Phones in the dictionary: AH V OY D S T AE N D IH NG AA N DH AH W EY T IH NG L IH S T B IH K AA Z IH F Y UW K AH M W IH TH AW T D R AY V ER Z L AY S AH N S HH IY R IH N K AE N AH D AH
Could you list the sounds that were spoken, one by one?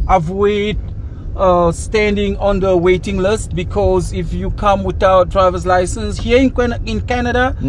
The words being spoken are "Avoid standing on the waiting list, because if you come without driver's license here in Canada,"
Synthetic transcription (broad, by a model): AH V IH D S T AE N D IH NG AA N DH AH W EY T IH NG L IH S T B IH K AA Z IH F Y UW K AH M W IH T AW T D R AY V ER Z L AY S AH N S HH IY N IH N K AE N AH D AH